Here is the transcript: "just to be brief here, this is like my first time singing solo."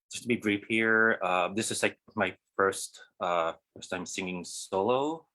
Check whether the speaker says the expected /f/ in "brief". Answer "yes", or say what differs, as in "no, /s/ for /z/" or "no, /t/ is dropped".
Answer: no, /p/ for /f/